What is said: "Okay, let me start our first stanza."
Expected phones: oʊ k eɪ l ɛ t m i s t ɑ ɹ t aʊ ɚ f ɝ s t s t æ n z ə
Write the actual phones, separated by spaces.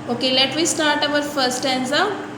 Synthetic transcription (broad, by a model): oʊ k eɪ l ɛ t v i s t ɑ ɹ t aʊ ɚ f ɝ t s t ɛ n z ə